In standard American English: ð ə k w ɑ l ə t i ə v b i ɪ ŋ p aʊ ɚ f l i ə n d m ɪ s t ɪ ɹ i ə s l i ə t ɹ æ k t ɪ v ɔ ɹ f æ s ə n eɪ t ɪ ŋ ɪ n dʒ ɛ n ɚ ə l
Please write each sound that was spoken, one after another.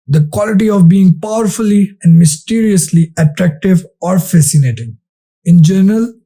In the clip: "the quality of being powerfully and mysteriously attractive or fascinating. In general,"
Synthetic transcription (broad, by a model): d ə k w ɑ l ə t i ə v b i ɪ ŋ p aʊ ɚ f l i ə n d m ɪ s t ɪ ɹ i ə s l i ə t ɹ æ k t ɪ v ɔ ɹ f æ s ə n eɪ t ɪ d ɪ n dʒ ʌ n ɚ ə l